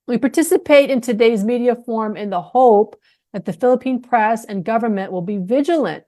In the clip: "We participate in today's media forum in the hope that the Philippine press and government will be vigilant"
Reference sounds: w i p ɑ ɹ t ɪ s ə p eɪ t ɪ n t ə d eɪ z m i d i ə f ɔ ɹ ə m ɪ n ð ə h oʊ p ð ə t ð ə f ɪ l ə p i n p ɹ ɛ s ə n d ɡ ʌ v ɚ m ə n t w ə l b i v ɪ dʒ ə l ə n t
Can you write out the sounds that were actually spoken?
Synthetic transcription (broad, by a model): w i p ɑ ɹ t ɪ s ə p eɪ t ɪ n t ə d eɪ z m i d i ə f ɔ ɹ m ɪ n ð ə h oʊ p ð ə t ð ə f ɪ l ə p i n p ɹ ɛ s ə n ɡ ʌ v ɚ m ə n t w ə l b i v ɪ dʒ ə l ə n t